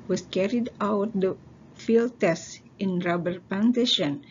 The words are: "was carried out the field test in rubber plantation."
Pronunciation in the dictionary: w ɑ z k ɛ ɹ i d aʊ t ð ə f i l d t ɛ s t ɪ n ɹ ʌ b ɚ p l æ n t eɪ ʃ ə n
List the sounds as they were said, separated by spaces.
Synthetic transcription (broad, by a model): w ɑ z k ɛ ɹ i d aʊ t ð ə f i l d t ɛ s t ɪ n ɹ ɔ b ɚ p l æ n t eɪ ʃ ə n